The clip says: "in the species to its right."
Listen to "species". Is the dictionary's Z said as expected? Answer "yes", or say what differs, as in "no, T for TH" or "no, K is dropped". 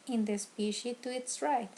no, Z is dropped